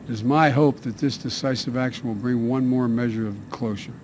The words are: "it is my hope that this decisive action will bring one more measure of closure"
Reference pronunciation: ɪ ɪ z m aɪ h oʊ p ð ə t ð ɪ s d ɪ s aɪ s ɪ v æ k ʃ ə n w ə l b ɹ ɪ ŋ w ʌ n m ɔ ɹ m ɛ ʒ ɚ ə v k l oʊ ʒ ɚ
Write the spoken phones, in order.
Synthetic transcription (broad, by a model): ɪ ɪ z m aɪ h oʊ p ð ə t ð ɪ s d ɪ s aɪ s ɪ v æ k ʃ ə n w ə l b ɹ ɪ ŋ w ʌ n m ɔ ɹ m ɛ ʒ ɚ ə v k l oʊ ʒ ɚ